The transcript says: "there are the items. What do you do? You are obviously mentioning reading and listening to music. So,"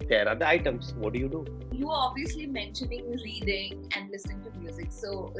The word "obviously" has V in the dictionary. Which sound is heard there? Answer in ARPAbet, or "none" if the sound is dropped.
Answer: V